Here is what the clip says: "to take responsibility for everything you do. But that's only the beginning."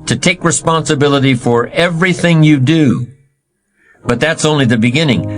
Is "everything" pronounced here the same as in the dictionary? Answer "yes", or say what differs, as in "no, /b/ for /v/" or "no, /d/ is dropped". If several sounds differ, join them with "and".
yes